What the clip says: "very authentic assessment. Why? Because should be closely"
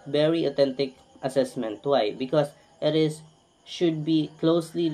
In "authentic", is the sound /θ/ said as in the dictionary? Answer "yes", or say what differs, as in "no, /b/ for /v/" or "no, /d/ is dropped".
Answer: no, /t/ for /θ/